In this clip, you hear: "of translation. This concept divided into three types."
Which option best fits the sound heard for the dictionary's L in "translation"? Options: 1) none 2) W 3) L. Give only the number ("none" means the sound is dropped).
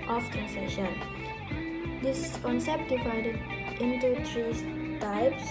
1